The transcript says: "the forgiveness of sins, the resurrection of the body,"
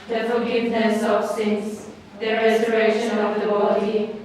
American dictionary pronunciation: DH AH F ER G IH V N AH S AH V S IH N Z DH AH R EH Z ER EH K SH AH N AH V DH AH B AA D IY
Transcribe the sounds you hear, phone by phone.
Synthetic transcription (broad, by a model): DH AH F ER G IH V N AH S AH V S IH N S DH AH R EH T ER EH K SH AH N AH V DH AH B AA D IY